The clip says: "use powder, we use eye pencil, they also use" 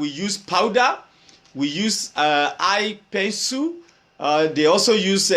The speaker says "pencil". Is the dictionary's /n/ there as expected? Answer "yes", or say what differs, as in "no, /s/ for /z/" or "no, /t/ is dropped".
no, /n/ is dropped